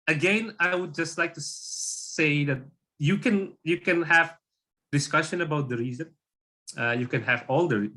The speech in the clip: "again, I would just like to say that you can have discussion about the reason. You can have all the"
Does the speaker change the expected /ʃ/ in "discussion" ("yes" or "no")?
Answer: no